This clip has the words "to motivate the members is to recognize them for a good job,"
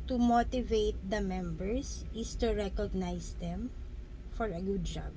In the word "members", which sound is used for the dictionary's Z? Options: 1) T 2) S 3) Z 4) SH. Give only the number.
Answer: 2